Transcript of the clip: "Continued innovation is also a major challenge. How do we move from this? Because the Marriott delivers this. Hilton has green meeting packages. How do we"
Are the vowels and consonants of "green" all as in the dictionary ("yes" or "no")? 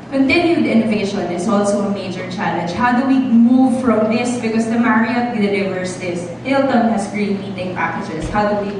no